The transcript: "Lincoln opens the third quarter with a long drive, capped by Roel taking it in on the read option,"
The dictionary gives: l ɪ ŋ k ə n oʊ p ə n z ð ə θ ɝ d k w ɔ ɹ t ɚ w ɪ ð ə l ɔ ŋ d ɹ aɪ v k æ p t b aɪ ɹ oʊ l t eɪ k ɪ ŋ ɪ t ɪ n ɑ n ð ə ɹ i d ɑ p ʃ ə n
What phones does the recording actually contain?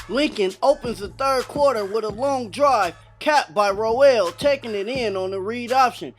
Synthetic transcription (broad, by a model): l ɪ ŋ k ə n oʊ p ə n z ð ə θ ɝ d k w ɔ ɹ t ɚ w ɪ ð ə l ɔ ŋ d ɹ aɪ v k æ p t b aɪ ɹ oʊ l t eɪ k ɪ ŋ ɪ t ɪ n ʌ n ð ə ɹ i d ɑ p ʃ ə n